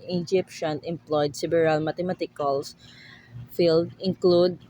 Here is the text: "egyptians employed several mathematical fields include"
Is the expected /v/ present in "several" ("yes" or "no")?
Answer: no